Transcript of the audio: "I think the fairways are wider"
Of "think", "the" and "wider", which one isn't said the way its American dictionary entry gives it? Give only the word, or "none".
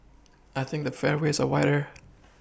none